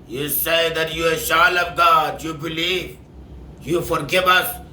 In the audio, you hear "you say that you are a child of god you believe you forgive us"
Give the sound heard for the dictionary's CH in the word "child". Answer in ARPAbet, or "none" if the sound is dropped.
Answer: SH